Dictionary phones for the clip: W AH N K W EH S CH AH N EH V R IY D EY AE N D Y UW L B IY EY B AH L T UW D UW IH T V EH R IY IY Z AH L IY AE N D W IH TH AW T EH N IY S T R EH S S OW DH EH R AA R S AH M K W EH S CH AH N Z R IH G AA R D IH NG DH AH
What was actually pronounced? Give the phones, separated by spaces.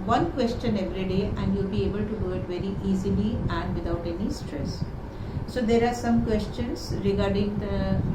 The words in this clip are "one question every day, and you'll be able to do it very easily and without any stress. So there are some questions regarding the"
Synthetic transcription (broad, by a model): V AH N K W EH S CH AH N EH V R IY D EY AE N D Y UW L B IY EY B AH L T UW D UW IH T V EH R IY IY Z AH L IY AE N D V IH T AW T EH N IY S T R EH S S OW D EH R AA R S AH M K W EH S CH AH N S R IH G AA R D IH NG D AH